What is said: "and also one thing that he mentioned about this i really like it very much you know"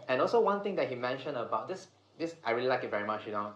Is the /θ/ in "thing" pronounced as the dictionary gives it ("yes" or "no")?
no